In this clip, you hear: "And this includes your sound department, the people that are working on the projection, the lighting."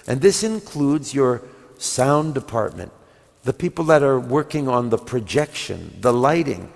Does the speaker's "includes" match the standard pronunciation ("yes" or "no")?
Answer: yes